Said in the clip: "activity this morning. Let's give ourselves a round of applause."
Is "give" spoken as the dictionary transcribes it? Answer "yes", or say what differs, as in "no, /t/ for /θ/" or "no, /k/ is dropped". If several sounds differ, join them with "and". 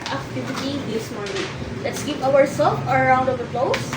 no, /p/ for /v/